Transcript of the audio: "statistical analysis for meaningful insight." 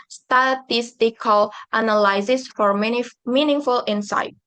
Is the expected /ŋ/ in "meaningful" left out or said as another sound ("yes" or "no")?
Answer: no